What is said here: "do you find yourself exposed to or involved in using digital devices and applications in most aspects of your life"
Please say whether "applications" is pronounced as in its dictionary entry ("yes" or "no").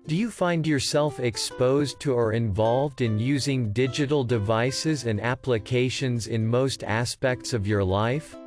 yes